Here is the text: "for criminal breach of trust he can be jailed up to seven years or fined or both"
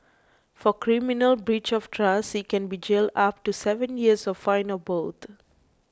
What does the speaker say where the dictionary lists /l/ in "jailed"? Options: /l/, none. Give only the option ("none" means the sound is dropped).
/l/